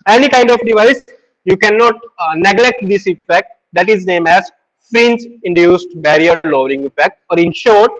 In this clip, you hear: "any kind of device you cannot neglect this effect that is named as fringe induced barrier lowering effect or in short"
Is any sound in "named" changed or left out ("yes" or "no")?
yes